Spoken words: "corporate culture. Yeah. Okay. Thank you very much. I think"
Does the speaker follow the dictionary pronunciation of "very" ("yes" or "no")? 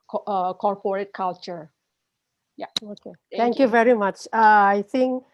yes